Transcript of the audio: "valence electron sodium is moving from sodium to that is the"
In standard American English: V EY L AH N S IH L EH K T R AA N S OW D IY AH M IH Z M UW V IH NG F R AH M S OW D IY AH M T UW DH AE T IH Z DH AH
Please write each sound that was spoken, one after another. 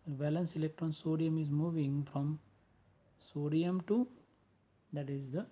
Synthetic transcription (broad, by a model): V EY L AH N S IH L EH K T R AA N S OW D IY AH M IH Z M UW V IH NG F R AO M S OW D IY AH M T UW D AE T IH Z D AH